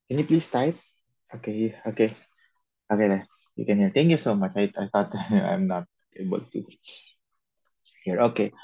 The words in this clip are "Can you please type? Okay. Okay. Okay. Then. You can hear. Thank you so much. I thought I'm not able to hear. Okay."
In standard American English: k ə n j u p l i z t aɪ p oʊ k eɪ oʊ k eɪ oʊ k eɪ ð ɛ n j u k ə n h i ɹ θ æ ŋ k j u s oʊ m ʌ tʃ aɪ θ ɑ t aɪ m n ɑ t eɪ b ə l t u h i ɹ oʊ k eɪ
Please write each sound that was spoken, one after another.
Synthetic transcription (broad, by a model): k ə n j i p l i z t aɪ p oʊ k eɪ oʊ k eɪ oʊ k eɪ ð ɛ j u k ə n h i ɹ t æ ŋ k j u s oʊ m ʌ tʃ aɪ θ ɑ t aɪ m n ɑ t eɪ b ə l t u h i ɹ oʊ k eɪ